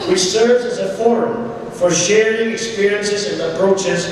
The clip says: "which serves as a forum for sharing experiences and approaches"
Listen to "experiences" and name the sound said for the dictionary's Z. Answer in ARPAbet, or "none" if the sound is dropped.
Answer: Z